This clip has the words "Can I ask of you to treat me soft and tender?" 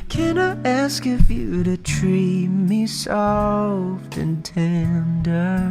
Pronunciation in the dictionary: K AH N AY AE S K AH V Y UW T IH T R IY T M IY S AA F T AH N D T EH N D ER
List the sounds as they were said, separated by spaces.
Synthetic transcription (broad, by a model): K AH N AY AE S K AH F Y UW T IH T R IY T M IY S AA F T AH N T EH N D ER